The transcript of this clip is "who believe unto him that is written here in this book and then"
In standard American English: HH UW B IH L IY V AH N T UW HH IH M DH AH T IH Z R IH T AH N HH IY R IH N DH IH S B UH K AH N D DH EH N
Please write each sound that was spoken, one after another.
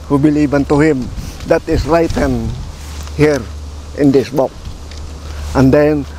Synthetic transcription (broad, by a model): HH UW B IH L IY B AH N T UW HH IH M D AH T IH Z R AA T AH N HH IY R IH N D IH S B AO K AH N D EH N